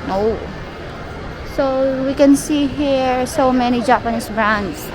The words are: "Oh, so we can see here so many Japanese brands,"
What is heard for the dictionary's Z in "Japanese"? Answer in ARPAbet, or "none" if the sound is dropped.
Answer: S